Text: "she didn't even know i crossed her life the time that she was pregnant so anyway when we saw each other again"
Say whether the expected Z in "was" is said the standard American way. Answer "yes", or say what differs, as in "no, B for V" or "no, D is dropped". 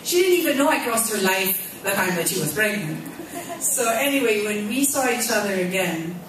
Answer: yes